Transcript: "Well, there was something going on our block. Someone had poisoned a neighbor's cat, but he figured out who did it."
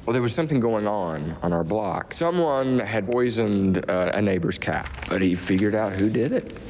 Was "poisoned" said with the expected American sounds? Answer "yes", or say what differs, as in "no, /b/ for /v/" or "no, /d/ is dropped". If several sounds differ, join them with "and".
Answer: yes